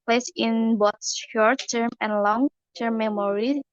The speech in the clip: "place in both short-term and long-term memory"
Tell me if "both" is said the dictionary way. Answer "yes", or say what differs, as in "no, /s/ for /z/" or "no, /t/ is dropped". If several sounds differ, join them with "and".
no, /s/ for /θ/